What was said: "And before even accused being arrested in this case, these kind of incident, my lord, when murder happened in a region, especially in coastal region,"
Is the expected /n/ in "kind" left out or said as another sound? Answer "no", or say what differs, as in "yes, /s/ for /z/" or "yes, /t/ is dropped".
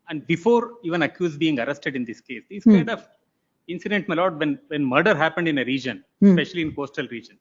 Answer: yes, /n/ is dropped